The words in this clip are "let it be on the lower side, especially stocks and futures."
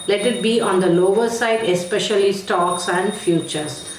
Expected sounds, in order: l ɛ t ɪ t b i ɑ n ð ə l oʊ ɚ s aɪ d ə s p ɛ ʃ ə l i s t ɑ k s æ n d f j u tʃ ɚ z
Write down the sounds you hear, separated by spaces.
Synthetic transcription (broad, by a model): l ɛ t ɪ t b i ɑ n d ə l oʊ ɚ s aɪ d ə s p ɛ ʃ ə l i s t ɑ k s æ n d f j u tʃ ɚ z